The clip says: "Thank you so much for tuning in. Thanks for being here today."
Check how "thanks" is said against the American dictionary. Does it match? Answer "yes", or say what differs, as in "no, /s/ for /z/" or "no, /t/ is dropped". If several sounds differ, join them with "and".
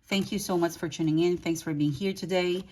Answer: yes